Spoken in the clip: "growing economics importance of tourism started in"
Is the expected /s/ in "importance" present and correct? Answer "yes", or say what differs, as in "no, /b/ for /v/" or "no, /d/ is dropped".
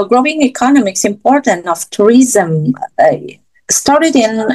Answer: no, /s/ is dropped